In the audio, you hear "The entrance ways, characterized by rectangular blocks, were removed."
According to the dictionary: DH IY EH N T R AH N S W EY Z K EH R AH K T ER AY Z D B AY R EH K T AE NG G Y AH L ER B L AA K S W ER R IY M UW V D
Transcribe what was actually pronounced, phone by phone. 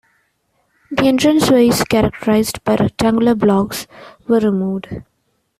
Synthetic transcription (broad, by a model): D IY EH N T R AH N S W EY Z K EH R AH K T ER AY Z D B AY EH T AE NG G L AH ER B L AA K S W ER R IY M UW V D